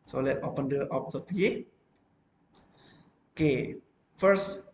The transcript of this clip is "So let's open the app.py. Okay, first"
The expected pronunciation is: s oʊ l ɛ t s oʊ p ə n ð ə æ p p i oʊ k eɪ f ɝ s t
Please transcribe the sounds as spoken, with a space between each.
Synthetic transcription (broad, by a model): s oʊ l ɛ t oʊ p ə n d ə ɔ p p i oʊ k eɪ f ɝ s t